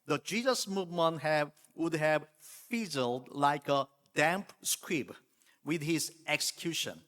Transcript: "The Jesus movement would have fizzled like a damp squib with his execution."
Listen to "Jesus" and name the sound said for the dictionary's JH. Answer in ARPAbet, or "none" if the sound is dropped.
JH